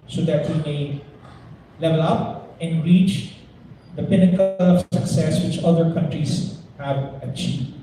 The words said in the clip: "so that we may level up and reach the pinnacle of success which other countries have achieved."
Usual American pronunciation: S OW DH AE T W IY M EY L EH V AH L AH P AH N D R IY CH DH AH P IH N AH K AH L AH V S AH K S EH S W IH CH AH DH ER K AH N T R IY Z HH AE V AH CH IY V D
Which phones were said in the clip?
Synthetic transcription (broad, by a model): S OW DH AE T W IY M EY L EH V AH L AH P AH N D R IY CH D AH P IH N AH K AH L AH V S AH K S EH S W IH CH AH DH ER K AH N T R IY Z HH AE V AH CH IY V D